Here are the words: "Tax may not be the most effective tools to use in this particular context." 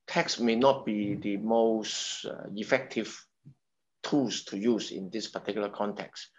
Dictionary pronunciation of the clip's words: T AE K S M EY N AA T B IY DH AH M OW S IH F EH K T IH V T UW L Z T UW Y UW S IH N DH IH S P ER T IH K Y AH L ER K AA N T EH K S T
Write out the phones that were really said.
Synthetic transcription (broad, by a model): T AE K S M EY N AA T B IY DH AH M OW S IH F EH K T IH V T UW L S T UW Y UW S IH N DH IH S P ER T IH K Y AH L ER K AA N T EH K S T